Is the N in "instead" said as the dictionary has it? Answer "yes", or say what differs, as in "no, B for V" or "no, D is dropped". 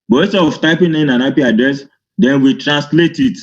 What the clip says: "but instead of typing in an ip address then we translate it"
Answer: no, N is dropped